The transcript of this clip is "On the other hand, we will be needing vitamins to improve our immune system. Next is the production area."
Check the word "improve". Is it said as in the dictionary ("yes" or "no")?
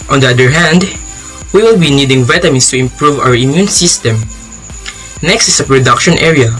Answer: yes